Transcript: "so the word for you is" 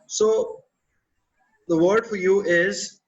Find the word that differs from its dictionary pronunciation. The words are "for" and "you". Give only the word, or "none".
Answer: none